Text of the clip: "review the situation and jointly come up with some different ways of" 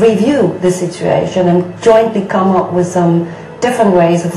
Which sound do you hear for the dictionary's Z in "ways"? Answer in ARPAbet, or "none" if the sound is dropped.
Z